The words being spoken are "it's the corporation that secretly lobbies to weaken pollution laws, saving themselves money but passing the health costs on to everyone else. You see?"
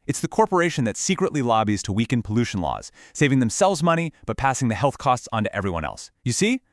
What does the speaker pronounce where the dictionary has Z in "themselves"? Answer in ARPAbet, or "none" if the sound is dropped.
Z